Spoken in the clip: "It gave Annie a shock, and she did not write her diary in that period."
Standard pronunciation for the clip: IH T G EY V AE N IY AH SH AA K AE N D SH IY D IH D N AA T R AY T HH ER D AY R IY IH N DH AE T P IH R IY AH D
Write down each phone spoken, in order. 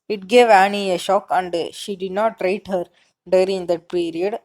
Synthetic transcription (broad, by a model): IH T G EY V AE N IY AH SH AA K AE N D SH IY D IH D N AA T R AY T HH ER D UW R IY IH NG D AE T P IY R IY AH D